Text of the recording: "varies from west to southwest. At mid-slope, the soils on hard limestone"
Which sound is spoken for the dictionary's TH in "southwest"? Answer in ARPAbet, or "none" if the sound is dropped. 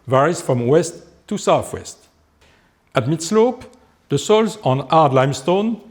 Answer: TH